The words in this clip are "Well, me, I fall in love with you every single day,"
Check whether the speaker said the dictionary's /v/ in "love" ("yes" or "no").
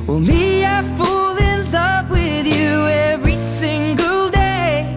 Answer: no